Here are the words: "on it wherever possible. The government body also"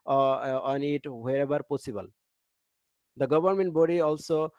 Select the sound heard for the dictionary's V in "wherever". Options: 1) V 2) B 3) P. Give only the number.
2